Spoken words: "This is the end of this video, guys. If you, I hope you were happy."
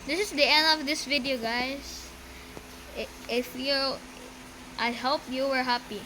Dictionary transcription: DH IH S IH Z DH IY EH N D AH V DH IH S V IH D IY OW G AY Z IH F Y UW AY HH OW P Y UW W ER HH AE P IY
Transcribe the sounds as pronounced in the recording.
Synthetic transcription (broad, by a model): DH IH S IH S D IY EH N D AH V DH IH S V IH D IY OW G AY S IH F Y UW AY HH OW P Y UW W ER HH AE P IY